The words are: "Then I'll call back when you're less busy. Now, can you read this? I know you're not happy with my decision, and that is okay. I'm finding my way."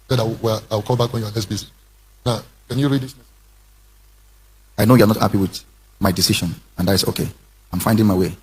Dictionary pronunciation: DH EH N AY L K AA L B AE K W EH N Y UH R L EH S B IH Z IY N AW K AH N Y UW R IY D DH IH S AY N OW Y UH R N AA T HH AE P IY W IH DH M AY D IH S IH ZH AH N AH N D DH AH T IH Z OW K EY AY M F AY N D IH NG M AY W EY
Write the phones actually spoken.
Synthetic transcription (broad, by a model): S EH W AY W K AA L B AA K W EH N Y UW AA L EH S B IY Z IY N AW K AH N Y UW R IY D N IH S AY N OW Y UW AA N AA T HH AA P IY W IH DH M AY D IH S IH SH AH N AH N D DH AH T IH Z OW K EY AY M F AY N D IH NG M AY W EY